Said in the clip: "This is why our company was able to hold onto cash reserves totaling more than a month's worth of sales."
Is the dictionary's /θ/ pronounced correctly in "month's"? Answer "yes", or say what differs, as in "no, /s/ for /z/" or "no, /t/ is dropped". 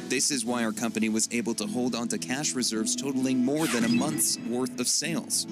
yes